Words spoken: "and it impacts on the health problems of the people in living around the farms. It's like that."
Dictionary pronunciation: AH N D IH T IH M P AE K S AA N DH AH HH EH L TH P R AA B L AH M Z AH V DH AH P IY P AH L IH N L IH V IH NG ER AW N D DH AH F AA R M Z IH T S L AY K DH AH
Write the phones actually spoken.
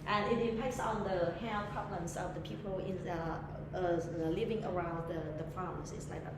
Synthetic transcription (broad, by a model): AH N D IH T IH P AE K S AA N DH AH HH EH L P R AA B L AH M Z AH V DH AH P IY P AH L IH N L IH V IH NG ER AW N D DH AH F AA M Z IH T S L AY K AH